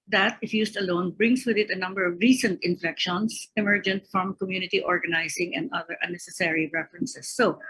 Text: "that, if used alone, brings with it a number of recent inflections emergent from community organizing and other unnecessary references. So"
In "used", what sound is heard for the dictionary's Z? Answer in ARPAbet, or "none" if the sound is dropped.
S